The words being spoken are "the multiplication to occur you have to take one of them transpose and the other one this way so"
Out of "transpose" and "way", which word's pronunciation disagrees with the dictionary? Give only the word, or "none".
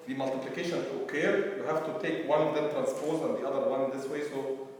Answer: none